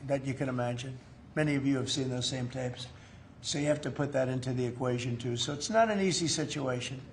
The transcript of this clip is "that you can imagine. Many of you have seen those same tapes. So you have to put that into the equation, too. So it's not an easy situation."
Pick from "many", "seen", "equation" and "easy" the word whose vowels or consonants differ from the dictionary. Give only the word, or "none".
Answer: none